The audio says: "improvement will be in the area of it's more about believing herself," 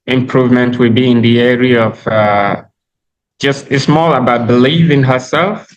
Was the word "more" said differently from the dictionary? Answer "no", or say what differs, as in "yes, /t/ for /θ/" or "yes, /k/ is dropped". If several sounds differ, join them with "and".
yes, /l/ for /ɹ/